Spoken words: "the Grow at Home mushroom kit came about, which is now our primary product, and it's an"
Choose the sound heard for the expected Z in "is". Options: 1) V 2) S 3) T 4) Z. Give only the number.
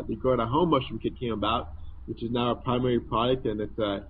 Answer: 4